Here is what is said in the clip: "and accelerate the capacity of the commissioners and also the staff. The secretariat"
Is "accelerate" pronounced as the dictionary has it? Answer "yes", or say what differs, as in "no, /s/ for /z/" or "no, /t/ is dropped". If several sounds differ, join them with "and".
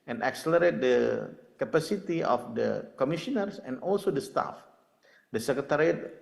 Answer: yes